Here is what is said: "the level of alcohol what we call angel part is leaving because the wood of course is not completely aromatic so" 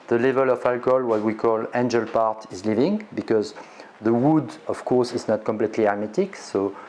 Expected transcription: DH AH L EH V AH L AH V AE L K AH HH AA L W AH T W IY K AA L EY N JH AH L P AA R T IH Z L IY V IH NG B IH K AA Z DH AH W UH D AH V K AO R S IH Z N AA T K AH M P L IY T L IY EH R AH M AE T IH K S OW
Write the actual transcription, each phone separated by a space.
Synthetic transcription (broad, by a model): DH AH L EH V AH L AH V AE L K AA L W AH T W IY K AA L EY N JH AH L P AA R T IH Z L IY V IH NG B IH K AA Z DH AH W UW D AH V K AO R S IH Z N AA T K AH M P L IY T L IY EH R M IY T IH K S OW